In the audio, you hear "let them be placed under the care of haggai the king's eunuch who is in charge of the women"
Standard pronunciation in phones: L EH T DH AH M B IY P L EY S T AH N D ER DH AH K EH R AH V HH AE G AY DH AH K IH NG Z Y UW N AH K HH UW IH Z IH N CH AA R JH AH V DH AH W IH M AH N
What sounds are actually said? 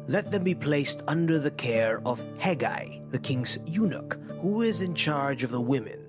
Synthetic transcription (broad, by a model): L EH T DH AH M B IY P L EY S T AH N D ER DH AH K EH R AH V HH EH G AY DH AH K IH NG Z Y UW N AH K HH UW IH Z IH N CH AA R JH AH V DH AH W IH M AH N